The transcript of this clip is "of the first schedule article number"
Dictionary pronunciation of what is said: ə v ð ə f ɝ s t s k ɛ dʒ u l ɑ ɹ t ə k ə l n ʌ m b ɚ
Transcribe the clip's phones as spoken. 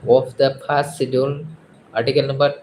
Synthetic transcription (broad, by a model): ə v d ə p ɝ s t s i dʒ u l ɑ ɹ t ə k ə l n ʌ m b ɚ